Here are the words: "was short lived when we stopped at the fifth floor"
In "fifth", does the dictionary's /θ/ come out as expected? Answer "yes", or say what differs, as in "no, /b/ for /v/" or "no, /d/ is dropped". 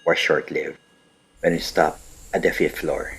no, /t/ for /θ/